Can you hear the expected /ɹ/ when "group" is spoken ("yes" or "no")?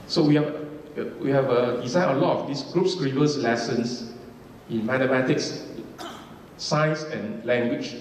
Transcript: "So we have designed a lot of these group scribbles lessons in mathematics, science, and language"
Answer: yes